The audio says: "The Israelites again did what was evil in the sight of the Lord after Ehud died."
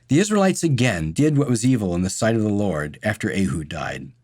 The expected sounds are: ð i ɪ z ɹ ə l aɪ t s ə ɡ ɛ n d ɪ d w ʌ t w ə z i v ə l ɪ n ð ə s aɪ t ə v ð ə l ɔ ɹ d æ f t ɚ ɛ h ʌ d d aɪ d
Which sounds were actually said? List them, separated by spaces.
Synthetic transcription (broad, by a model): ð i ɪ z ɹ ə l aɪ t s ə ɡ ɛ n d ɪ d w ʌ t w ə z i v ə l ɪ n ð ə s aɪ t ə v ð ə l ɔ ɹ d æ f t ɚ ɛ h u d d aɪ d